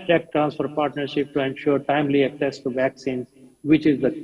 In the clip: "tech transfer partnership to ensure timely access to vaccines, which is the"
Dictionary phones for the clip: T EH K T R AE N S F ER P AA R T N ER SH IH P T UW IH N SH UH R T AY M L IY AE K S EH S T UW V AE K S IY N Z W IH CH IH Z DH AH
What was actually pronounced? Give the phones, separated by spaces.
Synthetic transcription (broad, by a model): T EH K T R AE N S F ER P AA R T N ER SH IH P T UW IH N SH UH R T AY M L IY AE K S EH S T UW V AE K S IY N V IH CH IH Z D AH